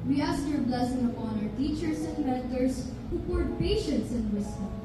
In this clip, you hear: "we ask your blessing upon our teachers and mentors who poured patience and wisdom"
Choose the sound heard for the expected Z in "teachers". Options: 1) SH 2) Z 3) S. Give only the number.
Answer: 3